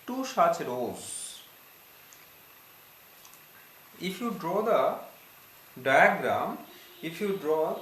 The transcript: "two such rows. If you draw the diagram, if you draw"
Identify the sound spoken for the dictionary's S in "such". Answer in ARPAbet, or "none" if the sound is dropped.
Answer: SH